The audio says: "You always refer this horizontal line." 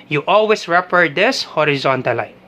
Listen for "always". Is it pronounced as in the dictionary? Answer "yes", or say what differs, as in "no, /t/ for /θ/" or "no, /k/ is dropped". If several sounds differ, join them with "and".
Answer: no, /s/ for /z/